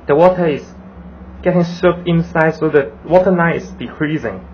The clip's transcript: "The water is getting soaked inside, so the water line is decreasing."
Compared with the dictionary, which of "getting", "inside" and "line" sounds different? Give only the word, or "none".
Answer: line